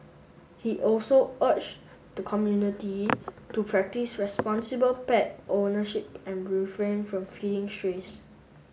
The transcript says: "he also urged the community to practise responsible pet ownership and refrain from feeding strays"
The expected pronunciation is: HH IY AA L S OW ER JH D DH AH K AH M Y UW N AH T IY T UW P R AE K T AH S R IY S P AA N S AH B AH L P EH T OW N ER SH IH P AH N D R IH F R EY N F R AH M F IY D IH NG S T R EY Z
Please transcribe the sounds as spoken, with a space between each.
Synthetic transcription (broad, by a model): HH IY AA L S OW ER CH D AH K AH M Y UW N AH T IY T UW P R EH K T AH S R IY S P AA N S AH B AH L P EH T OW N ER SH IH P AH N R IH F R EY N F R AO M F IY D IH NG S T R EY S